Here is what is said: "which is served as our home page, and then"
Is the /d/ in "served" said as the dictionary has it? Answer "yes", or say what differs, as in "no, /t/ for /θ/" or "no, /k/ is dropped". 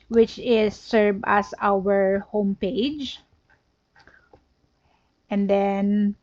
no, /d/ is dropped